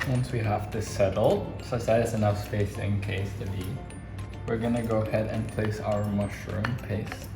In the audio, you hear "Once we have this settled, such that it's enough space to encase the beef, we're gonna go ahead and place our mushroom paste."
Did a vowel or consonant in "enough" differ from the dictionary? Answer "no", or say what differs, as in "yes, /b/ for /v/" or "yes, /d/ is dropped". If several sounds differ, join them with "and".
no